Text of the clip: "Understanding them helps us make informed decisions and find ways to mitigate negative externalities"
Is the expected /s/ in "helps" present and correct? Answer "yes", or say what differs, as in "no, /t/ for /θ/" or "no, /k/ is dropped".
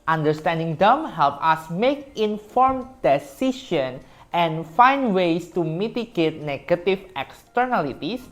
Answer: no, /s/ is dropped